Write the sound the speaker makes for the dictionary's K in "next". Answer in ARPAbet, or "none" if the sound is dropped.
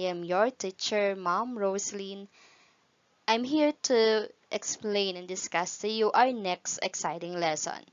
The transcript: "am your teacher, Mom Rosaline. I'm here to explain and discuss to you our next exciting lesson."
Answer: K